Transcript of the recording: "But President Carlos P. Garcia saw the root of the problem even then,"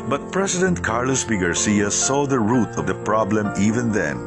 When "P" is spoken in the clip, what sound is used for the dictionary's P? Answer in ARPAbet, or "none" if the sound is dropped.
B